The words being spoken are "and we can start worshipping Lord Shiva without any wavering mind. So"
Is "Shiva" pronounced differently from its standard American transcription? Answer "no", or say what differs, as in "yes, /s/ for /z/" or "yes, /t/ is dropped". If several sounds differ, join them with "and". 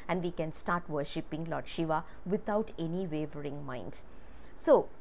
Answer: no